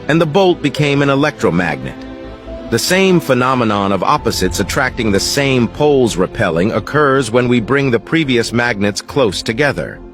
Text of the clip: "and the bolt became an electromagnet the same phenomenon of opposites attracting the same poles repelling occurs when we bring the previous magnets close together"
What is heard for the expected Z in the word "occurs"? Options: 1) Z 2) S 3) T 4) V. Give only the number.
1